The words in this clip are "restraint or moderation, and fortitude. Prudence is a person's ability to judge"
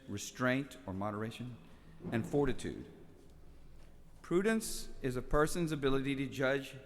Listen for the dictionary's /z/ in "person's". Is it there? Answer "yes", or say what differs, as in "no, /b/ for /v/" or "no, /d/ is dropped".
yes